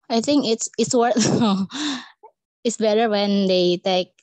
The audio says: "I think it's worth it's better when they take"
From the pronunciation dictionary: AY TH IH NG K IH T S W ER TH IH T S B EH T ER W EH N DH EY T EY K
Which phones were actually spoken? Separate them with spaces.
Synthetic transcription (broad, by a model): AY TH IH NG K IH T S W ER T IH T S B EH T ER W EH N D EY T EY K